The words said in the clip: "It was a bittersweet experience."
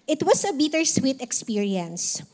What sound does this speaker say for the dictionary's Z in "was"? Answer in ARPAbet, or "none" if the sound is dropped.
S